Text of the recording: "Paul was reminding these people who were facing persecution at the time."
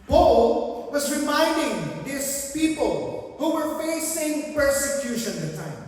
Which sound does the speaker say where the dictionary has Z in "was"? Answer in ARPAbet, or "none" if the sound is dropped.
Z